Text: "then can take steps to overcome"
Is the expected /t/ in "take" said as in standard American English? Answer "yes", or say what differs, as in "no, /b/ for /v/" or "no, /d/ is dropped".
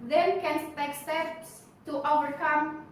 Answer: no, /s/ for /t/